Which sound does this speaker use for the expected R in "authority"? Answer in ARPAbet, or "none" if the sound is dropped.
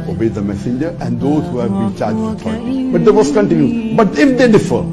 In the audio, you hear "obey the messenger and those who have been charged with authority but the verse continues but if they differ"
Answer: none